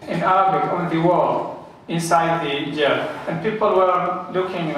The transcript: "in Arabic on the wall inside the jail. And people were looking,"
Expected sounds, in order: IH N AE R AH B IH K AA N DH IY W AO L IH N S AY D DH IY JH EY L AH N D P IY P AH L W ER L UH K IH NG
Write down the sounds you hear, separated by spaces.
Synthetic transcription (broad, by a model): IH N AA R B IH AA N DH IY W AO L IH N S AY D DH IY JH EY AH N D P IY P AH L W ER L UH K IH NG